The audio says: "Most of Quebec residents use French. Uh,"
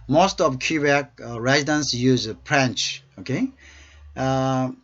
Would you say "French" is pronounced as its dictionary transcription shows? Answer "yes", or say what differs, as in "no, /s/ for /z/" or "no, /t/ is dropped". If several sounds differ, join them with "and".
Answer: no, /p/ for /f/